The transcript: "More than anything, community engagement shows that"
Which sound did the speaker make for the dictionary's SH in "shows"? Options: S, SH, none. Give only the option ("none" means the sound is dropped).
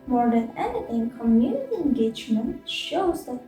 SH